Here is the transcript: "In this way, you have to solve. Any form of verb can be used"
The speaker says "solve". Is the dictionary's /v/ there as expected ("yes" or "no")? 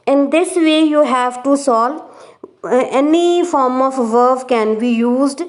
no